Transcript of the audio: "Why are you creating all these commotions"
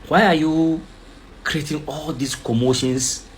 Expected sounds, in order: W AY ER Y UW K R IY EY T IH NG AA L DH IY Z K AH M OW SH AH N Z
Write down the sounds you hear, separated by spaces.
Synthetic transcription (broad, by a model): W AY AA Y UW K R IY EY T IH NG AA L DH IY S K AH M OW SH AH N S